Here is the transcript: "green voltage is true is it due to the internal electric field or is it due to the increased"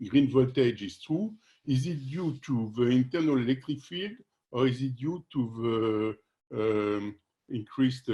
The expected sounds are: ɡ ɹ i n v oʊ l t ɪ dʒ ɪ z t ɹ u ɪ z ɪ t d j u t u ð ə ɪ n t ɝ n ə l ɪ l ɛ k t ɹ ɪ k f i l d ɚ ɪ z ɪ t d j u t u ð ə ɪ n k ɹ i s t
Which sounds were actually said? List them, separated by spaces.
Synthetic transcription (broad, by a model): ɡ ɹ i n v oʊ l t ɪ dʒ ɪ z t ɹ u ɪ z ɪ t d j u t u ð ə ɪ n t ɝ n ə l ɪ l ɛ k t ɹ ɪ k f i l d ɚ ɪ z ɪ t d j u t u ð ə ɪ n k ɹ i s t